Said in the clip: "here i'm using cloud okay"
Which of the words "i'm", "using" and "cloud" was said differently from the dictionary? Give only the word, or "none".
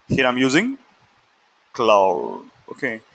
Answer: cloud